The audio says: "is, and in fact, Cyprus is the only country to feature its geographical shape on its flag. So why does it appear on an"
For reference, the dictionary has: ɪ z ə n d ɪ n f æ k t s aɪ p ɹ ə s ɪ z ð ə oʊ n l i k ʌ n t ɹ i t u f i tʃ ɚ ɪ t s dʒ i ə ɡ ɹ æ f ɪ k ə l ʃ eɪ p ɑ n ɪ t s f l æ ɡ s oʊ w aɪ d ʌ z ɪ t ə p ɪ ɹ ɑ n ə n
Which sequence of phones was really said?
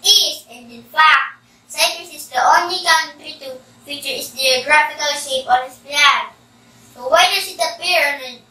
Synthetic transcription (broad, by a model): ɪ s ə n d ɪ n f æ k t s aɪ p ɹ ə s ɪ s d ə oʊ n l i k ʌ n t ɹ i t u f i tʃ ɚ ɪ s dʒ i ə ɡ ɹ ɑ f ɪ k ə l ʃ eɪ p ɑ n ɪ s p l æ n s oʊ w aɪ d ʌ s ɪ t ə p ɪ ɹ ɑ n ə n